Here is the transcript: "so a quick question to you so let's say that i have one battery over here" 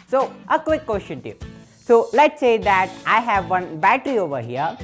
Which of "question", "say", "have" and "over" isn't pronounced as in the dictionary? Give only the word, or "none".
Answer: question